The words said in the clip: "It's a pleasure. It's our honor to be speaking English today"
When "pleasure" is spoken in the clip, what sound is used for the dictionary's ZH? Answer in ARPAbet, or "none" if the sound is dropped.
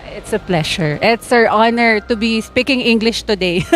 SH